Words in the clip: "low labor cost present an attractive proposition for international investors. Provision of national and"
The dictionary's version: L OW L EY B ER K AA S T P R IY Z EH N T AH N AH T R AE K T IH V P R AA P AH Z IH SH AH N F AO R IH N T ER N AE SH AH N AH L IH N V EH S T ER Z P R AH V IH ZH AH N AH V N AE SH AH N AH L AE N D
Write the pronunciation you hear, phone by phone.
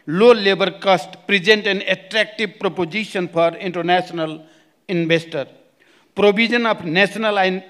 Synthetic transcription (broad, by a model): L OW L EY B ER K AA S T P R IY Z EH N T AH N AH T R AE K T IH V P R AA P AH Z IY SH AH N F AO R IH N T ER N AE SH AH N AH L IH N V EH S T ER P R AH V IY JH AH N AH P N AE S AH N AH L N